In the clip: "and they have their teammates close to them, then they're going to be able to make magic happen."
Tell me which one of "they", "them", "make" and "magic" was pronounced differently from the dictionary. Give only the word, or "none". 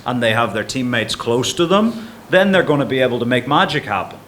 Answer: none